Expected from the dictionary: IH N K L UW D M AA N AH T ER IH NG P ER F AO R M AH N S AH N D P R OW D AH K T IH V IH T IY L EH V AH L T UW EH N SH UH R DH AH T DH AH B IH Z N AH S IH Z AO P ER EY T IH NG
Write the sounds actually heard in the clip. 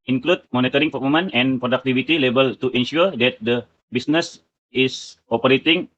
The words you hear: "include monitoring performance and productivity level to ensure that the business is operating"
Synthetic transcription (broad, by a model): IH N K L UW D M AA N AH T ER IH NG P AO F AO M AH N AH N P R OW D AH K T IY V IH T IY L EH B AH L T UW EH N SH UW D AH T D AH B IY S N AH S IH S AO P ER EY T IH NG